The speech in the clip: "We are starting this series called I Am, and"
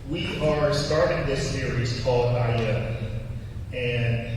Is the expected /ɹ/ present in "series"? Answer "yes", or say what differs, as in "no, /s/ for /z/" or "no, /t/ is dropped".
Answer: yes